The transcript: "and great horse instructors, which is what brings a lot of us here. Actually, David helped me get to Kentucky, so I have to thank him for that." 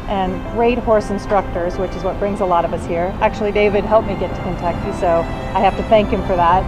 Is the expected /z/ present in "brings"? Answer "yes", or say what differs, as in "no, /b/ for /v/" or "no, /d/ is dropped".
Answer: yes